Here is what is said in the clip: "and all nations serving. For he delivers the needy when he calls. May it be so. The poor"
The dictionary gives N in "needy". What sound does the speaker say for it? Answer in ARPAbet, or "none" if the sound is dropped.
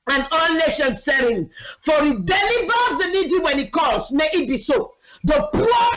L